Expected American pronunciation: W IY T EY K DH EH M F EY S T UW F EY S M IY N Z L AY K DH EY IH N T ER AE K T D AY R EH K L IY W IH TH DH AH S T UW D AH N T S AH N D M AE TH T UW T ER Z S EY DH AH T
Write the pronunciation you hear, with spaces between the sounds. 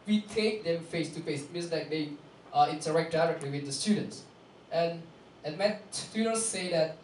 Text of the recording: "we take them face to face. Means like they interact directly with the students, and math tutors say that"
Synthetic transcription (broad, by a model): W IY T EY K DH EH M F EY S T UW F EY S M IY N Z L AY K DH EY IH N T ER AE K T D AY R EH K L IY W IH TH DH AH S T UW D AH N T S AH N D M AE S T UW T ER S EY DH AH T